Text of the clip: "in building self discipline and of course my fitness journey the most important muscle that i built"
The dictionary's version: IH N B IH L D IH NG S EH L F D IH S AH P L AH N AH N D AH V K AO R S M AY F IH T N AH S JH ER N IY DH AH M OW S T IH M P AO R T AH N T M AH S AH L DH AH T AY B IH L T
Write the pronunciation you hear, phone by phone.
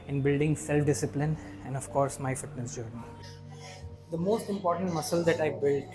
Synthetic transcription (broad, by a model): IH N B IH L D IH NG S EH L F D IH S AH P L AH N AH N D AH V K AO R S M AY F IH T N AH S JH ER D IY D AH M OW S T IH M P AO R T AH N T M AH S AH L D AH T AY B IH L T